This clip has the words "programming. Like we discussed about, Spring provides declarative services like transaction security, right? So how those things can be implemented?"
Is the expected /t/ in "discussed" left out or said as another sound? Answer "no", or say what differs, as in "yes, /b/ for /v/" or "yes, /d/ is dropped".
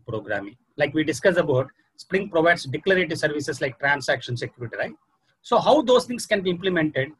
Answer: yes, /t/ is dropped